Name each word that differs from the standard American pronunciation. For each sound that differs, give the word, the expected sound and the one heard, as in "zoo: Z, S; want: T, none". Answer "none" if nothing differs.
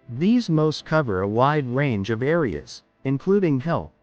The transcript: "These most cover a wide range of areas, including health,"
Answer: none